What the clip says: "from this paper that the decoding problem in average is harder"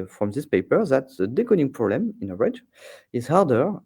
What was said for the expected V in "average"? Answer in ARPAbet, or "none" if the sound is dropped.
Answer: none